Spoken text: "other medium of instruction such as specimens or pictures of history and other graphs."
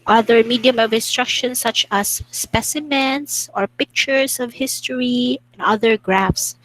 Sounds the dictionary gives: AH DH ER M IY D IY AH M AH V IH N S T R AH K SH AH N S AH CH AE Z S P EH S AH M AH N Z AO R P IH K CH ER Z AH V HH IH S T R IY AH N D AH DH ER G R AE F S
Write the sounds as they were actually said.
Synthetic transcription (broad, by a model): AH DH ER M IY D IY AH M AH V IH N S T R AH K SH AH N S AH CH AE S P EH S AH M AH N S AO R P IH K CH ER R AH V HH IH S T R IY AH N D AH DH ER G R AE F S